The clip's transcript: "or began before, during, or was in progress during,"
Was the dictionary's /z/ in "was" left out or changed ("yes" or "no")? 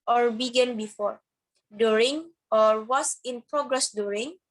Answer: yes